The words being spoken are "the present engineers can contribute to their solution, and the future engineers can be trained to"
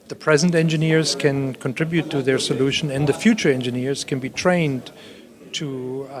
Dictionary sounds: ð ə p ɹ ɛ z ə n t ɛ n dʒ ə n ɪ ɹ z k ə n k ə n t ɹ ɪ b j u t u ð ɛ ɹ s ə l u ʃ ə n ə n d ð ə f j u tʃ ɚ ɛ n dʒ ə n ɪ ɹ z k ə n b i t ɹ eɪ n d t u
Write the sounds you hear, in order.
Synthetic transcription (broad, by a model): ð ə p ɹ ɛ z ə n t ɛ n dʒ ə n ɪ ɹ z k ə n k ə n t ɹ ɪ b j u t u ð ɛ ɹ s ə l u ʃ ə n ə n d ð ə f j u tʃ ɚ ɛ n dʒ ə n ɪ ɹ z k ə n b i t ɹ eɪ n d t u